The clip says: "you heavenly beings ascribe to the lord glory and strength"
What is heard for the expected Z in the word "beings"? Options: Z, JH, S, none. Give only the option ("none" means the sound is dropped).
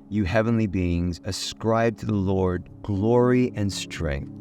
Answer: Z